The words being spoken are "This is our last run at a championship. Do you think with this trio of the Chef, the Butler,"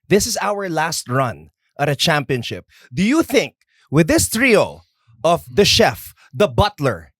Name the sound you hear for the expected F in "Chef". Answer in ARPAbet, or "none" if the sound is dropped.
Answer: F